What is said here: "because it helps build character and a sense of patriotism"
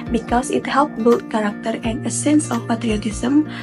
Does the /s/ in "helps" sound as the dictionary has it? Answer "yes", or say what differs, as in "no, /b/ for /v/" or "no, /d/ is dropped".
no, /s/ is dropped